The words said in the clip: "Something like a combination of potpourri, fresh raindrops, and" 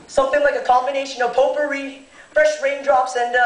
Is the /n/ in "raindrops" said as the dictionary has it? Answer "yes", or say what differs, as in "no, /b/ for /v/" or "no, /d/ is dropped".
yes